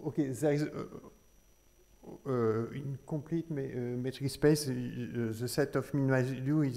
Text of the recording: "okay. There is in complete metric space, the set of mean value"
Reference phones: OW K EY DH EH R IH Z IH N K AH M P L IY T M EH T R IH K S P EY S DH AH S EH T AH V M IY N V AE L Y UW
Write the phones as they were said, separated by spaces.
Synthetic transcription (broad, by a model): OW K EY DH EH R IH Z IH N K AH P L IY T M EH T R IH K S P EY S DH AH S EH T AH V M IY N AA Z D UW